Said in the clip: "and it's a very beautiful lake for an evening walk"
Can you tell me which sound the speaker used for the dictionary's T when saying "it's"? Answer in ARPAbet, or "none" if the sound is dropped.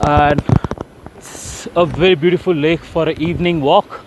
S